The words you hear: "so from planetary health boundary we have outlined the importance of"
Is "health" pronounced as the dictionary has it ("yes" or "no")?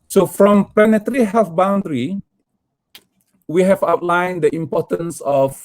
no